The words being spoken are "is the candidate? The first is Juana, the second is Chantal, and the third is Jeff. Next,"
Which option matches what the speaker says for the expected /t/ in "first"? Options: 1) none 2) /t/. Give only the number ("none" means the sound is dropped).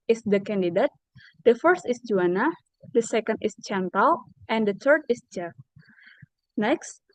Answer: 2